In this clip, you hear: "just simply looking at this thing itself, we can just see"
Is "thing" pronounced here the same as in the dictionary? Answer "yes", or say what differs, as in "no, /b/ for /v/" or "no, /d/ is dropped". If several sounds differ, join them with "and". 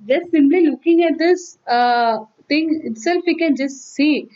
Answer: no, /t/ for /θ/